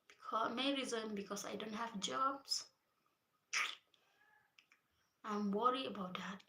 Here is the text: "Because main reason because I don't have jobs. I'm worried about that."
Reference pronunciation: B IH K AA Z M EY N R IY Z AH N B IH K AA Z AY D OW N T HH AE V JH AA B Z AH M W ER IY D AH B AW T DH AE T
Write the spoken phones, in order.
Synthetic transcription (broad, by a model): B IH K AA M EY R IY Z AH N B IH K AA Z AY D OW N T HH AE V JH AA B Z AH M W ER IY AH B AW T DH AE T